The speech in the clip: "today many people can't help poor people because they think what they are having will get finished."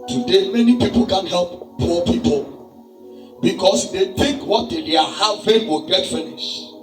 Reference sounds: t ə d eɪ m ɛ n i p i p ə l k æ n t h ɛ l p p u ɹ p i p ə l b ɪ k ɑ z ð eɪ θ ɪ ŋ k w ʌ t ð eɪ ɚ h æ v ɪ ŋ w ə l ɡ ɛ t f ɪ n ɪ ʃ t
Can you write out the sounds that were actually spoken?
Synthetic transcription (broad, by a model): t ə d eɪ m ɛ n i p i p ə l k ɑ n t h ɛ l p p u p i p ə l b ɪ k ɑ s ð eɪ t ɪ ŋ k w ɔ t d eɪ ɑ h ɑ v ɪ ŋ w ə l ɡ ɛ t f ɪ n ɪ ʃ